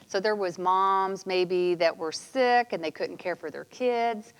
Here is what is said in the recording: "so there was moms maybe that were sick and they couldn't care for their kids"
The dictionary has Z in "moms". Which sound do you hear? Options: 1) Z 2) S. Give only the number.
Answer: 1